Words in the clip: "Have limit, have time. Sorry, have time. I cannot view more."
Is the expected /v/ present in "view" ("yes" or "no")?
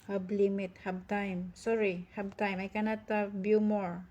no